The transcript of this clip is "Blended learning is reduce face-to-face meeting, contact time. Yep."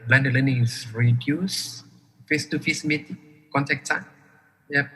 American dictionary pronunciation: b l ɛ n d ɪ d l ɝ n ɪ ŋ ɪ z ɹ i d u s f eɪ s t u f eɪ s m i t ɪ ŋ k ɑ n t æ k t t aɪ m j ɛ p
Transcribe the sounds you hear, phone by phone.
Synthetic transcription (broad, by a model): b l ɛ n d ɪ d l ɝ n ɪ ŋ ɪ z ɹ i d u s f eɪ s t u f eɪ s m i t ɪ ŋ k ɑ n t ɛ k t s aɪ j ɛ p